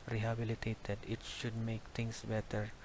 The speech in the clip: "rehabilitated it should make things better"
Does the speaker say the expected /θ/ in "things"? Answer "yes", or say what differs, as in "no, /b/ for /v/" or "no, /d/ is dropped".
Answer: no, /t/ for /θ/